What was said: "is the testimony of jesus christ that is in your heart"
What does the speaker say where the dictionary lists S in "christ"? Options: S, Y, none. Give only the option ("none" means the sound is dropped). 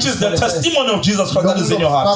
none